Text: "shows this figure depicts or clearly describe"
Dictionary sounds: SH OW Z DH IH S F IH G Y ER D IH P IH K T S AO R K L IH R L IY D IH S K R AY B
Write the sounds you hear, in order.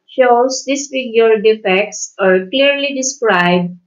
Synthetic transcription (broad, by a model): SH OW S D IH S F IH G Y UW D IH F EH K T S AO R K L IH R L IY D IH S K R AY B